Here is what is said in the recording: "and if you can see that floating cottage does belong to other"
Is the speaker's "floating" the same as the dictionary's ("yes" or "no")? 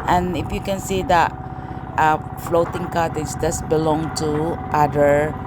yes